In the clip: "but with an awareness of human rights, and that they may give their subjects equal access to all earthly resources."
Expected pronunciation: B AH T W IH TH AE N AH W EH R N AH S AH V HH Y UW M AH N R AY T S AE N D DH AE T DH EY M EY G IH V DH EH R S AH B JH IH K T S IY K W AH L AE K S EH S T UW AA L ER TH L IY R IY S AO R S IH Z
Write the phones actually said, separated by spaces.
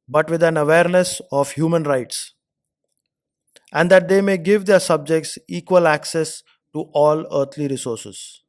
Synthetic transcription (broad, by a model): B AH T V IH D AE N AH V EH R N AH S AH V HH Y UW M AH N R AY T S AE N D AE T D EY M EY G IH V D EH R S AH B JH IH K T S IY K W AH L AE K S EH S T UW AA L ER T L IY R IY S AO R S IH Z